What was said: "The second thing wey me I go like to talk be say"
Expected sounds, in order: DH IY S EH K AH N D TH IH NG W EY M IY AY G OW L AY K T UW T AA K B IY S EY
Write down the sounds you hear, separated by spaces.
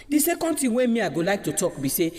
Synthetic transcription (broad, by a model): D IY S EH K AH N D T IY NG W EY M IY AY G OW L AY K T UW T AA K B IY S EY